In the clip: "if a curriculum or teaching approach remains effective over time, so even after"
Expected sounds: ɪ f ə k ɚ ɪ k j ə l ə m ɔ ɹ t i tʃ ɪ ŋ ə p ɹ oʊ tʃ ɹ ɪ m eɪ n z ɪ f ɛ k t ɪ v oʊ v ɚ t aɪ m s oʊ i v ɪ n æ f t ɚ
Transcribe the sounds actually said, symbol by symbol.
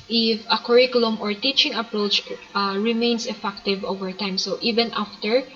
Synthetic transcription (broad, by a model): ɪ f ə k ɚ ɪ k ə l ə m ɔ ɹ t i tʃ ɪ ŋ ə p ɹ oʊ tʃ ɹ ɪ m eɪ n s ɪ f ɛ k t ɪ v oʊ v ɚ t aɪ m s oʊ i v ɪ n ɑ f t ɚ